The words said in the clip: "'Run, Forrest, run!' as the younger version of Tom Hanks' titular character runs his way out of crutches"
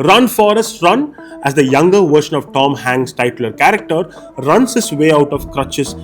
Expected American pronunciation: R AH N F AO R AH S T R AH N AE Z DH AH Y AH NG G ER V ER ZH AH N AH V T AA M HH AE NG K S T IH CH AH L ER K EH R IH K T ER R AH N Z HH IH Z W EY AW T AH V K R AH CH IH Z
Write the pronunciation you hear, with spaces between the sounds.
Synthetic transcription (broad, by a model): R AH N F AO R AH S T R AH N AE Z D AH Y AH NG G ER V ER SH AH N AH V T AA M HH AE NG S T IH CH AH L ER K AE R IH K T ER R AH N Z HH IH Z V EY AW T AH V K R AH CH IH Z